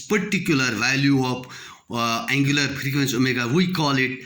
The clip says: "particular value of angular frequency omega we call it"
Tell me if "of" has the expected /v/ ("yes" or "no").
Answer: no